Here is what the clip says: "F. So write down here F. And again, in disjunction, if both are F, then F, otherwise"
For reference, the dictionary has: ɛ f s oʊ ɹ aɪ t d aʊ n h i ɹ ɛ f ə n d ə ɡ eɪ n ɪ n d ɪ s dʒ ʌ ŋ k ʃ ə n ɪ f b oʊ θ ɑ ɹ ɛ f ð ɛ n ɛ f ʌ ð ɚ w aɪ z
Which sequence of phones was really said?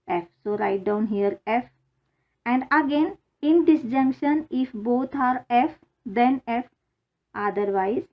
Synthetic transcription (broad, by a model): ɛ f s oʊ ɹ aɪ t d aʊ n h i ɹ ɛ f ə n d ə ɡ eɪ n ɪ n d ɪ s dʒ ʌ ŋ k ʃ ə n ɪ f b oʊ t ɑ ɹ ɛ f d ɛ n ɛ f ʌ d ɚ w aɪ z